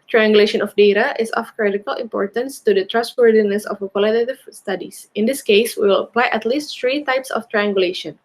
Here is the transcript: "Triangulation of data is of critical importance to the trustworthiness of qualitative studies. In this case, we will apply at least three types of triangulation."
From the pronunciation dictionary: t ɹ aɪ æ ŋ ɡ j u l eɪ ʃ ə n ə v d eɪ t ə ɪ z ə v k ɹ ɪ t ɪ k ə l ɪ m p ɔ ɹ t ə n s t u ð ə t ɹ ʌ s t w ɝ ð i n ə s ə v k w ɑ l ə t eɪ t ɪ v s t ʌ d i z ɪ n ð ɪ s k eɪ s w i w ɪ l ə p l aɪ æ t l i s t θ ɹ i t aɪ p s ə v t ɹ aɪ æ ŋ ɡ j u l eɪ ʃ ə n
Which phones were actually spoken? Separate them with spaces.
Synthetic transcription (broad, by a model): t ɹ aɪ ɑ ŋ ɡ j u l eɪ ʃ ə n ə f d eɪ t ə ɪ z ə f k ɹ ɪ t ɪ k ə l ɪ m p ɔ ɹ t ə n s t u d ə t ɹ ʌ s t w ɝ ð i n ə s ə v k w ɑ l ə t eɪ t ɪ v s t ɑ d i s ɪ n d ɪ s k eɪ s w i w ɪ l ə p l aɪ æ t l i s t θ ɹ i t aɪ p s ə f t ɹ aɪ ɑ ŋ ɡ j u l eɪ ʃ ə n